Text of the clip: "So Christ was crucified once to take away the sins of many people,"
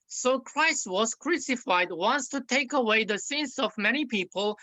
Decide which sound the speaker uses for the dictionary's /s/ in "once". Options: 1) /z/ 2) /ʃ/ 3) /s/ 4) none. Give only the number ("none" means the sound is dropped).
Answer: 3